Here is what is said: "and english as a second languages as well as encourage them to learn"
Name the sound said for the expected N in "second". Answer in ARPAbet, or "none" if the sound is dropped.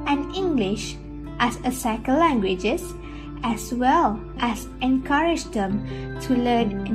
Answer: L